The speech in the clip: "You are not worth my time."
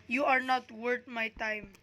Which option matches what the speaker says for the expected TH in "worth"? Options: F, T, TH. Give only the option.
T